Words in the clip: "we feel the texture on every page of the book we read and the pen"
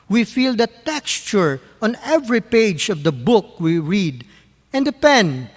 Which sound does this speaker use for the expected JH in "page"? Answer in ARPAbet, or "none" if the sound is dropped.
JH